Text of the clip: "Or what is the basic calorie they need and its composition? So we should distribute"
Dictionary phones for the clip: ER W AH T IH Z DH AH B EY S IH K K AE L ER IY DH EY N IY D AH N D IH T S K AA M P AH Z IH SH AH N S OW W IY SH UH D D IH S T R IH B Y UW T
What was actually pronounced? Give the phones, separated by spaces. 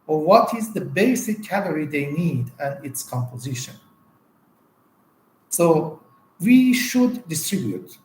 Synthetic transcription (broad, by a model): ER W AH T IH Z DH AH B EY S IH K K AE L ER IY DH EY N IY D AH N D IH T S K AA M P AH Z IH SH AH N S OW W IY SH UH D D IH S T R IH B Y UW T